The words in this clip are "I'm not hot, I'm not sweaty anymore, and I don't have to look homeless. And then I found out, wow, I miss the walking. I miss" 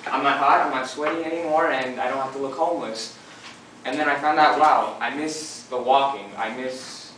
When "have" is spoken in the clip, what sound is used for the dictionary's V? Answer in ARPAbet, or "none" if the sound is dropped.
F